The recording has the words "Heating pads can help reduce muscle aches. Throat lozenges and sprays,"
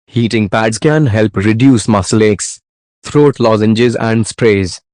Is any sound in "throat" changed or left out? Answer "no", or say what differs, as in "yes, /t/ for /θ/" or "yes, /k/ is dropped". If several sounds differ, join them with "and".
yes, /t/ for /θ/